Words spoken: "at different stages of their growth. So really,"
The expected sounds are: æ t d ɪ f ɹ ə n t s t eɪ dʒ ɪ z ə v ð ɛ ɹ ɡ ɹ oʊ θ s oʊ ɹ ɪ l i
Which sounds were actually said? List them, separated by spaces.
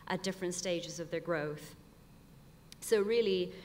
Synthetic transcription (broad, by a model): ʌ t d ɪ f ɹ ə n t s t eɪ dʒ ɪ z ə v ð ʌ ɹ ɡ ɹ oʊ θ s oʊ ɹ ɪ l i